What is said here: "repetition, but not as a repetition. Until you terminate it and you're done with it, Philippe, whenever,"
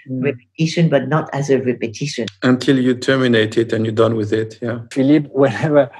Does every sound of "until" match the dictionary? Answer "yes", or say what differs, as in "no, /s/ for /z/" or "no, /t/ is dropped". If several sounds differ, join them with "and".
yes